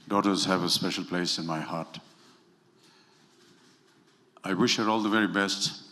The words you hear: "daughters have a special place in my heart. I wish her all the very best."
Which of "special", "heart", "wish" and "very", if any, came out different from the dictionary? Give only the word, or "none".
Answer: none